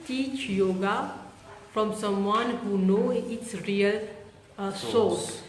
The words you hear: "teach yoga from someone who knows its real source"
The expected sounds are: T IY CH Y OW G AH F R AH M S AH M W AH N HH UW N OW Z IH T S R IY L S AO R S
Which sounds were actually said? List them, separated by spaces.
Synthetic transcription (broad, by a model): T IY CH Y OW G AH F R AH M S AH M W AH N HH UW N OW IH T S R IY L S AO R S